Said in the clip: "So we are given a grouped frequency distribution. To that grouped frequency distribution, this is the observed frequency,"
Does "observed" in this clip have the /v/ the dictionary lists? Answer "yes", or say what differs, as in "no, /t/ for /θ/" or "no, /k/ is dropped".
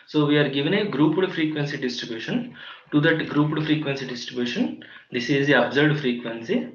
no, /v/ is dropped